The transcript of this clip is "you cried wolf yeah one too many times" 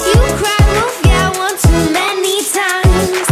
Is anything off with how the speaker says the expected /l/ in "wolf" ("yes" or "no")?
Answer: yes